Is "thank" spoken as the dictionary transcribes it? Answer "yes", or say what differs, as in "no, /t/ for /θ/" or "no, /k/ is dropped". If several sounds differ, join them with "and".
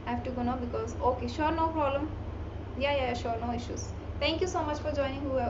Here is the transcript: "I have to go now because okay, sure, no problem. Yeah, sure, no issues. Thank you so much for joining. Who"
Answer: no, /t/ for /θ/